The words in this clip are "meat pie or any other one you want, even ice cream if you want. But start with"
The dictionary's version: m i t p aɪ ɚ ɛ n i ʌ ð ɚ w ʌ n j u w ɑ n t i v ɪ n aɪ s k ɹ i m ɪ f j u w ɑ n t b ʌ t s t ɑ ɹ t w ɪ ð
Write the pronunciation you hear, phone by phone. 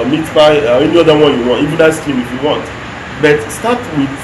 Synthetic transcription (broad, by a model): m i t f aɪ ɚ ɛ n i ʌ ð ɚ w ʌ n j u w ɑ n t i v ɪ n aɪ s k i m ɪ f j u w ɑ n t b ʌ t s t ɑ t w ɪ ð